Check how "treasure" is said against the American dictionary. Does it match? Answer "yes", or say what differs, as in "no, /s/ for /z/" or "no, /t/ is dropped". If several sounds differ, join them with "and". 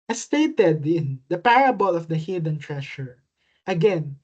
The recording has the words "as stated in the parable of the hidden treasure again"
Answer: no, /ʃ/ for /ʒ/